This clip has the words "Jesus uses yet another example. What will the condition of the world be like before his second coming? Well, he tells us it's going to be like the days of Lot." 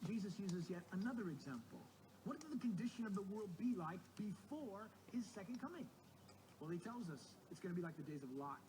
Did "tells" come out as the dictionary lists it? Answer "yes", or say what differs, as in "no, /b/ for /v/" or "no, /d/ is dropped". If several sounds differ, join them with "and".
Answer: yes